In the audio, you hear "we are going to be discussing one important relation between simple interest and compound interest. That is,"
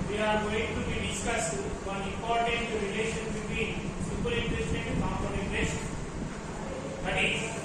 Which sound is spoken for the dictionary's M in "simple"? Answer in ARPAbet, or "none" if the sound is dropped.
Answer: none